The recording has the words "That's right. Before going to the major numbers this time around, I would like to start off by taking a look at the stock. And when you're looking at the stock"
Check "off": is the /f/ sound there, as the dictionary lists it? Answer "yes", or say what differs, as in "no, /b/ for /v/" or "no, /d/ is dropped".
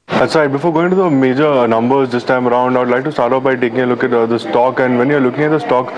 no, /p/ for /f/